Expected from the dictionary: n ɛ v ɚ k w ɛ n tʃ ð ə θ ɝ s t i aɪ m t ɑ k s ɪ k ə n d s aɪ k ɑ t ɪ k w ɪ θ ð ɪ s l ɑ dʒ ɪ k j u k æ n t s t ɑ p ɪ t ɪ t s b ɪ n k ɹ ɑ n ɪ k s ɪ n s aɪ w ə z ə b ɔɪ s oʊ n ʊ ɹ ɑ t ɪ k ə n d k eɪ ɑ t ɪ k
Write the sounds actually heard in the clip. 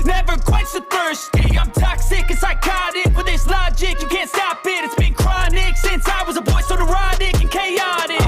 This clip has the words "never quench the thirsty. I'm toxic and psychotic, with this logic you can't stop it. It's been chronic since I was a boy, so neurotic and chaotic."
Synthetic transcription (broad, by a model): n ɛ v ɚ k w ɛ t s ð ə f ɝ s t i aɪ m t ɑ k s ɪ k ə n s aɪ k ɑ t ɪ k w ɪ ð ɪ s l ɑ dʒ ɪ k j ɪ k æ n t s t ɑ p ɪ t ɪ t s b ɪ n k ɹ ɑ n ɪ k s ɪ n s aɪ w ə z ə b ɔɪ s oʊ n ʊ ɹ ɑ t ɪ k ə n k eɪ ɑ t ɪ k